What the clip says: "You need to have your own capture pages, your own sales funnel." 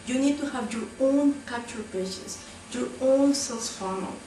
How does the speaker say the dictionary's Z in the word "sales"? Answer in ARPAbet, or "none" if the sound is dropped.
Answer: S